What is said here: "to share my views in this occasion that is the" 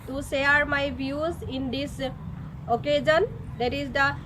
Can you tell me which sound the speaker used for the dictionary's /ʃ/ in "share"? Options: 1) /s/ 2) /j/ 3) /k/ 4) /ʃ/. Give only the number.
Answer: 1